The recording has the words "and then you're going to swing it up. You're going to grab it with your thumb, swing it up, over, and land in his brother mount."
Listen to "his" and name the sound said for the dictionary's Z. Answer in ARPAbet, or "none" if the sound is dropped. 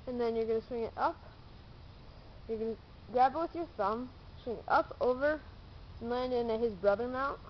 Z